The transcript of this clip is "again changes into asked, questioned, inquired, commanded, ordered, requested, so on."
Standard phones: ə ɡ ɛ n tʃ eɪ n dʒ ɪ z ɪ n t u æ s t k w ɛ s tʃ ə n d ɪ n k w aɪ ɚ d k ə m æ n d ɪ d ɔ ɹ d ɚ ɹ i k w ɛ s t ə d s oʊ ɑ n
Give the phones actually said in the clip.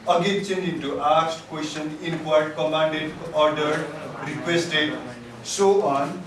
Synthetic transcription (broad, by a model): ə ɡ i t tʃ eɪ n ɪ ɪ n t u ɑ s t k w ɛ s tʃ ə n ɪ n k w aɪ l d k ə m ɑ n d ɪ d ɔ ɹ d ɚ ɹ i k w ɛ s t ə d s oʊ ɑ n